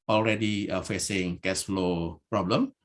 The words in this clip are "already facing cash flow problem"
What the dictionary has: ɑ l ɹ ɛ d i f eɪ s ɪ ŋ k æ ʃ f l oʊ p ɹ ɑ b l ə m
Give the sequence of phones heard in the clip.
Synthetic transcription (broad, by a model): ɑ l ɹ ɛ d i f eɪ s ɪ ŋ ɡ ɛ s f l oʊ p ɹ ɑ b l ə m